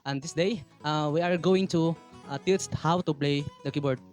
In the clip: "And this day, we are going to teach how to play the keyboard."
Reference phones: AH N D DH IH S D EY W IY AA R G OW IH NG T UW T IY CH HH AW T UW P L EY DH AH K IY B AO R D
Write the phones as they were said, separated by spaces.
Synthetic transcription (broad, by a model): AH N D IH S D EY W IY AA R G OW IH NG T UW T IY S HH AW T UW P L EY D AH K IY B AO R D